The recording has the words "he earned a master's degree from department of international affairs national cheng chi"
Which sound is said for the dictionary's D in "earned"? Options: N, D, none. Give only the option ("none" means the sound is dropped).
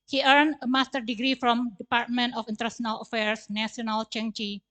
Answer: none